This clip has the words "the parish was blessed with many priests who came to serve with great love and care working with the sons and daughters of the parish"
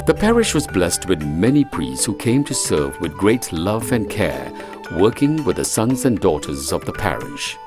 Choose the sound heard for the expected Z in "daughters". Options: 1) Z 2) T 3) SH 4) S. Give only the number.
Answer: 1